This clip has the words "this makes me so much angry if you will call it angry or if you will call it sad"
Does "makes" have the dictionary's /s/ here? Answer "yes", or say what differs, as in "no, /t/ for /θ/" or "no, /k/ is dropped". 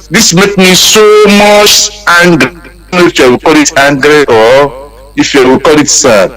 no, /s/ is dropped